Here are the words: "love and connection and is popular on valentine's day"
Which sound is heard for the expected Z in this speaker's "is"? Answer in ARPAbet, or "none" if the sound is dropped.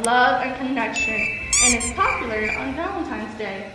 S